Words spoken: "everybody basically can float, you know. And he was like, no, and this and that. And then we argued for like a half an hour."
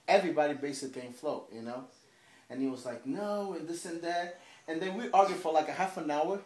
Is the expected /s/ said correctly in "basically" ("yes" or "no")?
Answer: no